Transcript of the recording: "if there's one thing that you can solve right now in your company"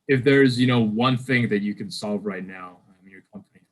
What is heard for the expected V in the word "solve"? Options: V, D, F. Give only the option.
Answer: V